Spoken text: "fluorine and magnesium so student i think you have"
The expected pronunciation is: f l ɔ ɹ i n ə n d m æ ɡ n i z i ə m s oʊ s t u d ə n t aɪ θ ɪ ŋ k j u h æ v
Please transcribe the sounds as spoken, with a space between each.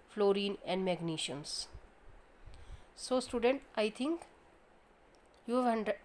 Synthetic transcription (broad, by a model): f l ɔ ɹ i n ə n d m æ ɡ n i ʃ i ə m s oʊ s t u d ə n t aɪ t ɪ ŋ k j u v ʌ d